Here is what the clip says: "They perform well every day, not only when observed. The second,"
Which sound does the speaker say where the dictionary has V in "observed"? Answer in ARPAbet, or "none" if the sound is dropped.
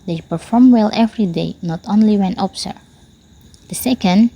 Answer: none